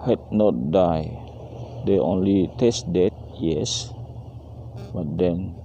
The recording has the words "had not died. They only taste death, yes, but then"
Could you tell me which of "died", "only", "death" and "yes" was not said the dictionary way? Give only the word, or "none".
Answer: death